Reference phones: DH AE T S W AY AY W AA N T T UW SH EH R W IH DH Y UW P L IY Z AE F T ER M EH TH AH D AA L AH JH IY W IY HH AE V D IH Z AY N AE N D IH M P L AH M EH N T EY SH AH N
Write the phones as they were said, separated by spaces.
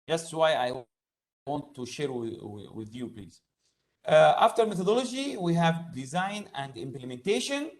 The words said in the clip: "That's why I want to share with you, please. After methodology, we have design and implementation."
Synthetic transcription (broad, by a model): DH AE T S W AY AY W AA N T T UW SH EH R W IH DH Y UW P L IY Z AE F T ER M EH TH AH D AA L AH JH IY W IY HH AE V D IH Z AY N AE N D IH M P L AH M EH N T EY SH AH N